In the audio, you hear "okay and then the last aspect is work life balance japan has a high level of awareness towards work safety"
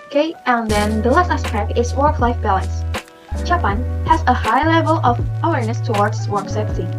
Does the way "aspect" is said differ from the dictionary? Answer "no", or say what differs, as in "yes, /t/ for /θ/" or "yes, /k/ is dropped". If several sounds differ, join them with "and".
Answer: yes, /t/ is dropped